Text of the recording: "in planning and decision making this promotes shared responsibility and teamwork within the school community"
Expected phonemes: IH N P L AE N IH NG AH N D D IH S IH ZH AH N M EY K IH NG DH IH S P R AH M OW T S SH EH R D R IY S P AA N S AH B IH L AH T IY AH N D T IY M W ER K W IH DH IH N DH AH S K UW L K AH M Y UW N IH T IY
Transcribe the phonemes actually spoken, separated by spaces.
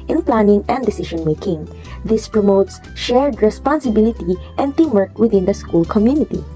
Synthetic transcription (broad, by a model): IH N P L AE N IH NG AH N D D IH S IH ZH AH N M EY K IH NG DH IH S P R AH M OW T S SH EH R D R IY S P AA N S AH B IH L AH T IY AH N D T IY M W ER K W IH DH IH N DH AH S K UW L K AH M Y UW N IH T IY